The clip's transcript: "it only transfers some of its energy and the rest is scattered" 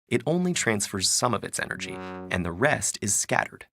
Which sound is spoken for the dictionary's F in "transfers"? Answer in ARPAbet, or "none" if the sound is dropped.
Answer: F